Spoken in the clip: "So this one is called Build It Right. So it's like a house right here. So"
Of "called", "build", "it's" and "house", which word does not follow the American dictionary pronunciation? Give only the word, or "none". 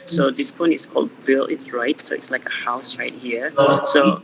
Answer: build